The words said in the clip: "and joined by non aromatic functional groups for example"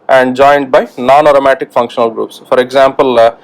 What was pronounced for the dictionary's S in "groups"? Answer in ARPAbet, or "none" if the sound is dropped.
S